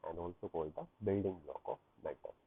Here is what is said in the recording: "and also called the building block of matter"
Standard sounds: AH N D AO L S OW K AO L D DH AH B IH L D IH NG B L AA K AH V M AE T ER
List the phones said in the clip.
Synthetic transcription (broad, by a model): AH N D AO L S OW K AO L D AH B IH L D IH NG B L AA K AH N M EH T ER